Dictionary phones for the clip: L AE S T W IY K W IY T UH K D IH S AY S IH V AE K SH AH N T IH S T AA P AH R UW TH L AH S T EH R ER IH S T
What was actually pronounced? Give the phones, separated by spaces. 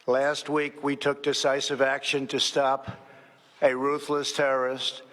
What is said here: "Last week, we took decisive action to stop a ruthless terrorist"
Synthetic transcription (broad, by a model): L AE S T W IY K W IY T UH K D IH S AY S IH V AE K SH AH N T IH S T AA P AH R UW TH L AH S T EH R ER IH S T